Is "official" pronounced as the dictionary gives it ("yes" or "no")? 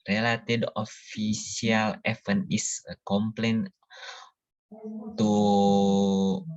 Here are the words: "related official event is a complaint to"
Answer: no